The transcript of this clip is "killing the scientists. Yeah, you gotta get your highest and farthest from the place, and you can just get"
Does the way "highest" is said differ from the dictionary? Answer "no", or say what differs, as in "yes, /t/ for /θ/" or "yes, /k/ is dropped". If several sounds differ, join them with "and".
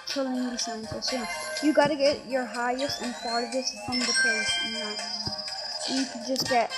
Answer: no